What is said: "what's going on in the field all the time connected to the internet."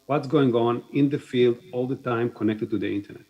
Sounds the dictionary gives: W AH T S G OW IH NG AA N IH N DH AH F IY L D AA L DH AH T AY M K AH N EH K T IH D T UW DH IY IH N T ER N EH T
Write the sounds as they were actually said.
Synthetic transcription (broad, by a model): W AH T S G OW IH NG AA N IH N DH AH F IY L D AA L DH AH T AY M K AH N EH K T IH D T UW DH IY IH N T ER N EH T